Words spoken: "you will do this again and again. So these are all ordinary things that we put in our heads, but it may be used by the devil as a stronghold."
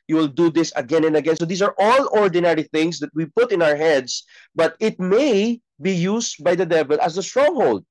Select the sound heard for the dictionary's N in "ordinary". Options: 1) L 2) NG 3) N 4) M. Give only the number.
3